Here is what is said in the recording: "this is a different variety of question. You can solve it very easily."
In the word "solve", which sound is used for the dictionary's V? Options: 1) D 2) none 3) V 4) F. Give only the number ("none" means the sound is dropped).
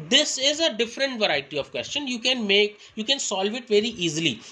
3